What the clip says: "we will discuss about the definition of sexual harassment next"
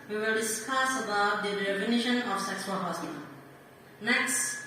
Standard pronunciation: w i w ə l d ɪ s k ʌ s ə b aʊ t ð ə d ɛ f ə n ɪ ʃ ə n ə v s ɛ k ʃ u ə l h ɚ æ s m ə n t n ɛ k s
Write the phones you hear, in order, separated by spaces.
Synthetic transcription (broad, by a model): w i w ə l d ɪ s k ʌ s ə b aʊ t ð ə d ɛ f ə n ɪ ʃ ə n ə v s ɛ k s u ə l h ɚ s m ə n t n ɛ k s